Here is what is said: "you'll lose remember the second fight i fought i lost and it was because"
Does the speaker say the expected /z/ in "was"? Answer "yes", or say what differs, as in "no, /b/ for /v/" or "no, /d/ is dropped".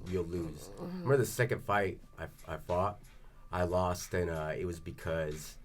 yes